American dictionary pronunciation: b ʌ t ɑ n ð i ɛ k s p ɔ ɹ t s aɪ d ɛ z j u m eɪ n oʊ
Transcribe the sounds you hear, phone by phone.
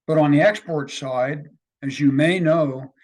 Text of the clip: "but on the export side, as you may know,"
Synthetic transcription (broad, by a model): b ʌ t n ð i ɛ k s p ɔ ɹ t s aɪ d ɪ z j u m eɪ n oʊ